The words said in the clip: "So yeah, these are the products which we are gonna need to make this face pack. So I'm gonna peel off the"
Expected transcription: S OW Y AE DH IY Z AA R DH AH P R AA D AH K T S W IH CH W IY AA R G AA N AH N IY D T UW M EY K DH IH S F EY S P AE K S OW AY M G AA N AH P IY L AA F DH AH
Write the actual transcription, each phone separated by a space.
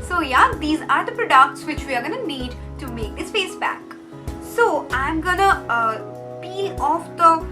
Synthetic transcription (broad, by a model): S OW Y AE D IY Z AA R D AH P R AA D AH K T S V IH CH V IY AA R G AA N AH N IY D T UW M EY K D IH S F EY S B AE K S OW AY M G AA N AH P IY AA F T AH